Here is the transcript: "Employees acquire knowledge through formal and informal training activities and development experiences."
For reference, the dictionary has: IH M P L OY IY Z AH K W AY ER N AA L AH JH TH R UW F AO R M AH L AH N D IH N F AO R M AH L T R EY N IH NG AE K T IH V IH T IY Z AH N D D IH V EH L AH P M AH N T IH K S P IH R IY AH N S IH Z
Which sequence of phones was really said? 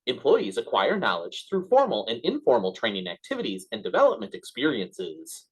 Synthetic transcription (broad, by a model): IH M P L OY IY Z AH K W AY ER N AA L AH JH TH R UW F AO R M L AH N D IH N F AO R M L T R EY N IH NG AE K T IH V IH T IY Z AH N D D IH V EH L AH P M AH N T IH K S P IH R IY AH N S IH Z